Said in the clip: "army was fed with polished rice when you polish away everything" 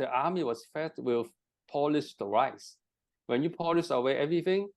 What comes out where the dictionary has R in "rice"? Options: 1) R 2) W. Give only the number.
1